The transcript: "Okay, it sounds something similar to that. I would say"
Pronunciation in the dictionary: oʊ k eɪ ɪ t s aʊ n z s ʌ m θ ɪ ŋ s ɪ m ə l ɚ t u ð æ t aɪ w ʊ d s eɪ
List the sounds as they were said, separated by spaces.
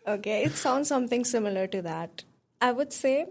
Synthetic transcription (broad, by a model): oʊ k eɪ ɪ t s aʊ n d s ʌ m t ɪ ŋ s ɪ m ə l ɚ t u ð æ t aɪ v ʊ d s eɪ